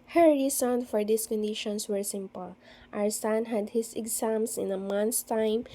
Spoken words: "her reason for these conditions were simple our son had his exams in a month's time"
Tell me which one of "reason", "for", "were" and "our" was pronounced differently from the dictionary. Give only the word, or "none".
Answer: reason